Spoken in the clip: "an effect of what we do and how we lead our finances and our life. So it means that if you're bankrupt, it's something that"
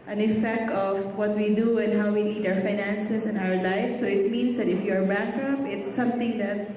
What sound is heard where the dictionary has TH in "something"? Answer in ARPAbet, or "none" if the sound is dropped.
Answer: T